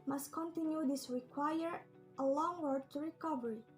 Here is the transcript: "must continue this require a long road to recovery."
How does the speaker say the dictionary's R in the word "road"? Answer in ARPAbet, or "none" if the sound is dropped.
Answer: W